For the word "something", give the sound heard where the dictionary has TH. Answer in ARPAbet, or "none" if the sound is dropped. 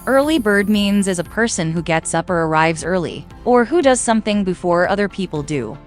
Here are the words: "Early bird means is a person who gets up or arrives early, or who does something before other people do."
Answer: TH